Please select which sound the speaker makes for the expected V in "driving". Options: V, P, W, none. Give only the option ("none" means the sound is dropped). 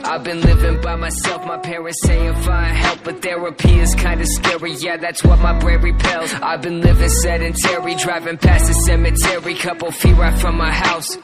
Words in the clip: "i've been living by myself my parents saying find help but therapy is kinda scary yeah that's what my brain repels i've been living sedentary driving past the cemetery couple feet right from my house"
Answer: V